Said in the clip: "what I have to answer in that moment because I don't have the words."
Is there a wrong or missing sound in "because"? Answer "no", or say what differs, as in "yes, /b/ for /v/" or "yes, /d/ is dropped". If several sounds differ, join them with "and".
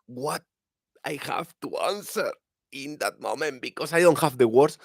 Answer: yes, /s/ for /z/